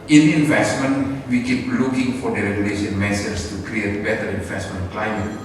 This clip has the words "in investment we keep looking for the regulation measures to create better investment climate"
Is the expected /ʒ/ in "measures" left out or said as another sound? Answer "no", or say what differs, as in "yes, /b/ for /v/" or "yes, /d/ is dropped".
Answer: yes, /s/ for /ʒ/